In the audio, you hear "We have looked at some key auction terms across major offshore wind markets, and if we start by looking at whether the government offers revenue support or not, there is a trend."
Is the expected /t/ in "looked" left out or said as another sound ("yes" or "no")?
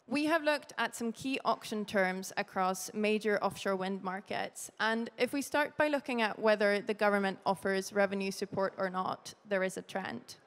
no